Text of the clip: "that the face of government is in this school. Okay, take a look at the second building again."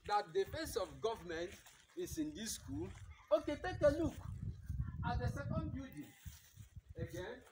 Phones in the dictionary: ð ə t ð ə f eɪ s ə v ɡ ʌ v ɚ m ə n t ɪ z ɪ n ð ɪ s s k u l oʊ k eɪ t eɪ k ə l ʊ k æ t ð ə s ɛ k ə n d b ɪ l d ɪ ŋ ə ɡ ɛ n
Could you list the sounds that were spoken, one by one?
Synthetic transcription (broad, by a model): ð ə t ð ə f eɪ s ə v ɡ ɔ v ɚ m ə n t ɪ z ɪ n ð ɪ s s k u l oʊ k eɪ t eɪ k ə l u k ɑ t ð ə s ɛ k ə n d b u d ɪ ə ɡ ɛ n